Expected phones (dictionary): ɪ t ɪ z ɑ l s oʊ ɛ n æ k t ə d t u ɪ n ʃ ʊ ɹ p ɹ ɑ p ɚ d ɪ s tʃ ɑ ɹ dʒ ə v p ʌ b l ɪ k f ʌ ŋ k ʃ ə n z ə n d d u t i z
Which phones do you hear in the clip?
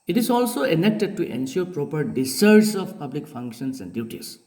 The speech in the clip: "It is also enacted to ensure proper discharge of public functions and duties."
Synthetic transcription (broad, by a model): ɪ t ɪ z ɑ l s oʊ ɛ n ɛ k t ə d t u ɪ n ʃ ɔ ɹ p ɹ ɑ p ɚ d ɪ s ɑ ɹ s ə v p ʌ b l ɪ k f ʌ ŋ k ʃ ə n s ə n d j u t i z